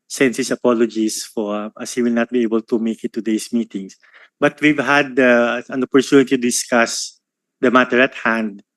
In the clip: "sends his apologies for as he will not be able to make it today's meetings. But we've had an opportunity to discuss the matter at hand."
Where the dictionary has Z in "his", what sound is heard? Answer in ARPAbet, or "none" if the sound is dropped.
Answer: S